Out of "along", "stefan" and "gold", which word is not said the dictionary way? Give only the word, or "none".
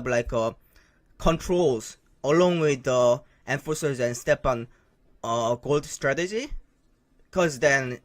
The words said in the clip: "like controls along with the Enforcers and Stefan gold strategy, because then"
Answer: stefan